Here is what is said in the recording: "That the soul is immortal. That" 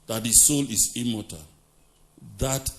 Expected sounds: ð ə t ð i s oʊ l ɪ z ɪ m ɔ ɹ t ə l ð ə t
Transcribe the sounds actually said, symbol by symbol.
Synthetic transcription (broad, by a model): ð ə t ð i s oʊ l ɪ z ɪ m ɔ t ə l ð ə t